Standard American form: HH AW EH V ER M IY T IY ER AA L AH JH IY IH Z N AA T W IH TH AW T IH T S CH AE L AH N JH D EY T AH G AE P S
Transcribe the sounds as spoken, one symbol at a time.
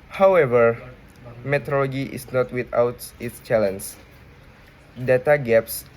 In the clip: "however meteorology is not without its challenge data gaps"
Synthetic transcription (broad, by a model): HH AW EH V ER M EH T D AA L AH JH IY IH S N AA T W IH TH AW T IH T S CH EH L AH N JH D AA T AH G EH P S